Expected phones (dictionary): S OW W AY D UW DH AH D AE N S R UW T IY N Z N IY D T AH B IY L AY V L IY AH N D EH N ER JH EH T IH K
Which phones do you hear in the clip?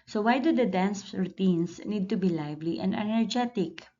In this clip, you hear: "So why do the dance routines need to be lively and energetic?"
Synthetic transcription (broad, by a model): S OW W AY D UW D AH D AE N S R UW T IY N S N IY D T AH B IY L AY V L IY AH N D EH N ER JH EH T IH K